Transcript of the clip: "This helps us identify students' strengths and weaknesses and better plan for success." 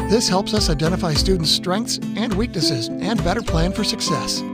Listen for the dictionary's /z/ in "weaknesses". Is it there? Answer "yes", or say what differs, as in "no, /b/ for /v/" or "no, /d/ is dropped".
yes